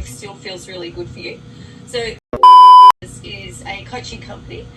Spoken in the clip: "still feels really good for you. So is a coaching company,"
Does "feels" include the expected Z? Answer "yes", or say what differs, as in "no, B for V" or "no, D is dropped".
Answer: yes